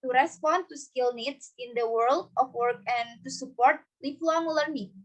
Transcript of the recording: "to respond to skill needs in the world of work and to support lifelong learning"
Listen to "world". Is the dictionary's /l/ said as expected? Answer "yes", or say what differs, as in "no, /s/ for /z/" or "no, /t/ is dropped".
yes